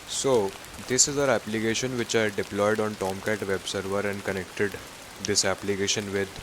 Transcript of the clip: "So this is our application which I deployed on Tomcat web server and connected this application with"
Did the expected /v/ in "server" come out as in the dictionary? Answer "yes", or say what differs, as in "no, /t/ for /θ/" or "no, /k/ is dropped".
yes